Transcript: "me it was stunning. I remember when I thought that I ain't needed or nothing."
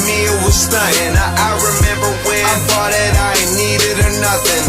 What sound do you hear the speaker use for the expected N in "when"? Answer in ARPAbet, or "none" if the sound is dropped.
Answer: none